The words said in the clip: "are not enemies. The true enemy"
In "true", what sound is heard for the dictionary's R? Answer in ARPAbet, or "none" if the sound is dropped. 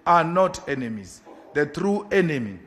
R